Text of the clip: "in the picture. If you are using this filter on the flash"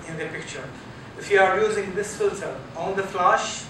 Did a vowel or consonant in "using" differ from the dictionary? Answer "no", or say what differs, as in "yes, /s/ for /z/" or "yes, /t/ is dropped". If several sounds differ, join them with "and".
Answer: no